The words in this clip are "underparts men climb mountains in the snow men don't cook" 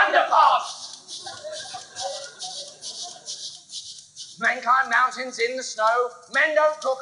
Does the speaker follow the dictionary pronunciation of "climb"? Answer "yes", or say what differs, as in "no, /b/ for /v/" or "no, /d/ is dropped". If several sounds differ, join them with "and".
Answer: no, /l/ is dropped